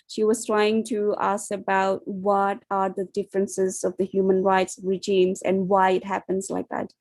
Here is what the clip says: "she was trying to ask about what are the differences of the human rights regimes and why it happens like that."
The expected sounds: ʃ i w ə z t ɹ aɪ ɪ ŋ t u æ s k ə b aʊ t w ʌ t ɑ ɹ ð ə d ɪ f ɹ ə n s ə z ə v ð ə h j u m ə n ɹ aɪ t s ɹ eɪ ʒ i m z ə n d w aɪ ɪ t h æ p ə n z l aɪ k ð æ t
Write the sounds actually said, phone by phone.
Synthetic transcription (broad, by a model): ʃ i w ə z t ɹ aɪ ɪ ŋ t u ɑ s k ə b aʊ t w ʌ t ɑ ɹ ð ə d ɪ f ɹ ə n s ə z ə v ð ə h j u m ə n ɹ aɪ t s ɹ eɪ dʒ i m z ə n d w aɪ ɪ t h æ p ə n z l aɪ k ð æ t